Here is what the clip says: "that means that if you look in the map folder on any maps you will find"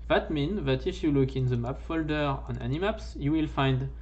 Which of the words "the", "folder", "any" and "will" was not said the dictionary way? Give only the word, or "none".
none